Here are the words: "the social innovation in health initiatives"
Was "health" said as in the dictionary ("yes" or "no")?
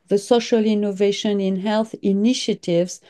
yes